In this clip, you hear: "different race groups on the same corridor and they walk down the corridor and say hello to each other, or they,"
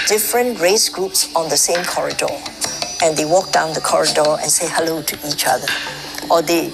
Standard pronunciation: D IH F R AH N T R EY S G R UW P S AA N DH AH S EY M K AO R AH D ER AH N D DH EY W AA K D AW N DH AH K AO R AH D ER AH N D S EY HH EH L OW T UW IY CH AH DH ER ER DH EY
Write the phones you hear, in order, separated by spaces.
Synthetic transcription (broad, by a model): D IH F R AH N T R EY S G R UW P S AA N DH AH S EY M K AO R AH D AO AH N D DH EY W AA K D AW N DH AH K AO R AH D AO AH N S EY HH EH L OW T UW IY CH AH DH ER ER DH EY